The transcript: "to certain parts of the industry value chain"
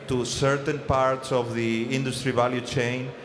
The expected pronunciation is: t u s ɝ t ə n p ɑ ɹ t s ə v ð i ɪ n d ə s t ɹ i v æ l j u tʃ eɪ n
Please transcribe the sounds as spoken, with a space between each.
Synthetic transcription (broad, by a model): t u s ɝ t ə n p ɑ ɹ t s ə v ð i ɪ n d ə s t ɹ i v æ l j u tʃ eɪ n